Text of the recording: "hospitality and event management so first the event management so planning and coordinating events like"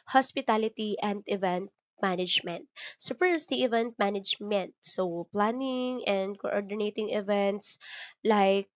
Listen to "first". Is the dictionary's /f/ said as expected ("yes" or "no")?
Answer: no